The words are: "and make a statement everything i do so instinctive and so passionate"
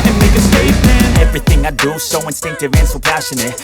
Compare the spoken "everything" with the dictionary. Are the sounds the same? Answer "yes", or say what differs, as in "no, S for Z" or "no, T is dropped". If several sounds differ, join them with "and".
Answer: yes